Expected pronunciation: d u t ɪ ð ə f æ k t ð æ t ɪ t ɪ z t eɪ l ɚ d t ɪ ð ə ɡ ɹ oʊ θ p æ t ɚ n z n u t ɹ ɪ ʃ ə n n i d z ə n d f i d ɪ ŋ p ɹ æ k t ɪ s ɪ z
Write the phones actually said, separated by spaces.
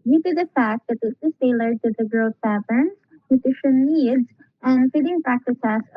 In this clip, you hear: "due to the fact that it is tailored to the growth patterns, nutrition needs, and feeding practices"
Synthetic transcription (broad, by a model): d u t ɪ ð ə f æ k t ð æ t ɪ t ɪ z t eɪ l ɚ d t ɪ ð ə ɡ ɹ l s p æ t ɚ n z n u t ɪ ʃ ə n n i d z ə n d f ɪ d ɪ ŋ p ɹ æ k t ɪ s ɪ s